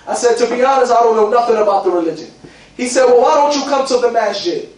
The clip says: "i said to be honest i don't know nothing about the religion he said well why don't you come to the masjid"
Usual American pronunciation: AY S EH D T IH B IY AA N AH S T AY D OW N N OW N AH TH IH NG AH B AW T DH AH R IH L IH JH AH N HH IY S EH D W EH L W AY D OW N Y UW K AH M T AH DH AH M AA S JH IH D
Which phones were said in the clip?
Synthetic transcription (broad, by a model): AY S EH D T IH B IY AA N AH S AY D OW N N OW N AH TH IH NG AH B AW T DH AH R IH L IH JH AH N HH IY S EH D W EH L W AY D OW N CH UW K AH M T AH DH AH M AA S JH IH